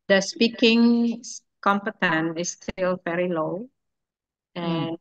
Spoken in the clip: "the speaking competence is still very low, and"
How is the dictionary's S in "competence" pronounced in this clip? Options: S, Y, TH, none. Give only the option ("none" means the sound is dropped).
none